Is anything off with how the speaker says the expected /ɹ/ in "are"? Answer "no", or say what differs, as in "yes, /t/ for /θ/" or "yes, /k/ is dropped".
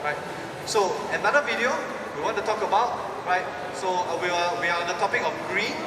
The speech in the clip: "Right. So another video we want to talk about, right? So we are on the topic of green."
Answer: yes, /w/ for /ɹ/